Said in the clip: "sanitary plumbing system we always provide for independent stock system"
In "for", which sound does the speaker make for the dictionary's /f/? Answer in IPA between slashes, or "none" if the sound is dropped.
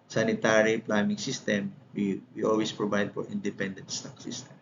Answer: /p/